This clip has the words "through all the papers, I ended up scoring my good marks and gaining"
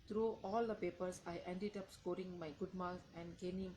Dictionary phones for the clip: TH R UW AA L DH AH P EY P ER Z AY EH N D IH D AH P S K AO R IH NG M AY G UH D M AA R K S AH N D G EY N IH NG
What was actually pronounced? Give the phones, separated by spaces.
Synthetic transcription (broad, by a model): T R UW AA L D AH P EY P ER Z AY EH N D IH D AH P S K AO R IH NG M AY G UH D M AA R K AH N D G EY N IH NG